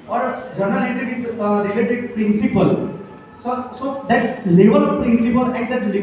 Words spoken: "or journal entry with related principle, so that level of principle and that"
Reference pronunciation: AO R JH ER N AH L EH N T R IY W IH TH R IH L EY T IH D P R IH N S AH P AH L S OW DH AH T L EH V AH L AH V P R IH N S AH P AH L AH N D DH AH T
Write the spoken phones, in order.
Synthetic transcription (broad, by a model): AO R JH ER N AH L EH T IY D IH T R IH L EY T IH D P R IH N S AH P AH L S OW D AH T L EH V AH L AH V P R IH N S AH P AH L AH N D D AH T